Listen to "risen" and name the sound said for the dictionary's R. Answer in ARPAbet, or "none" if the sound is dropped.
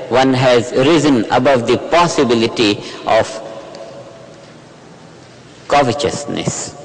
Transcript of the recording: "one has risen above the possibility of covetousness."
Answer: R